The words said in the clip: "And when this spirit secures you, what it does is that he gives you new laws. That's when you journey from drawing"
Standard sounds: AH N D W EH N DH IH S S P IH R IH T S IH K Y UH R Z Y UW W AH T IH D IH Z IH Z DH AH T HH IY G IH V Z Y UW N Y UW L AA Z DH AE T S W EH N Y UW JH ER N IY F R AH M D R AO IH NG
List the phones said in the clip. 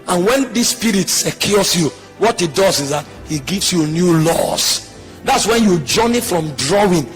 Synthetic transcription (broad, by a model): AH N W EH N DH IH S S P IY R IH T S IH K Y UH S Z Y UW W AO T IH D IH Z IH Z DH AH T HH IY G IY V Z Y UW N Y UW L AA S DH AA T S W EH N Y UW JH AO N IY F R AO M D R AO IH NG